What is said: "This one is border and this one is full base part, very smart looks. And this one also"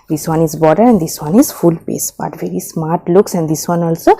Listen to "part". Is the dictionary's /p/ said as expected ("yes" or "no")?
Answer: no